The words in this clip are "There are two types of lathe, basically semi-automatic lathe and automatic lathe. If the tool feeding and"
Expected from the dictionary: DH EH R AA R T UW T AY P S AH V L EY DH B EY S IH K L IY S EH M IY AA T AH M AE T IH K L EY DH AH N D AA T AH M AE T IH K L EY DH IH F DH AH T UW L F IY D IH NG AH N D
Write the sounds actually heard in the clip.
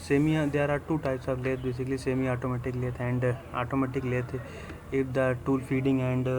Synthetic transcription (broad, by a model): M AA R AA R T UW T AY P S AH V L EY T B EY S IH K L IY S EH M IY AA T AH M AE T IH K L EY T AH N D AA T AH M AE T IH K L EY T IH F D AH T UW L F IY D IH NG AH N D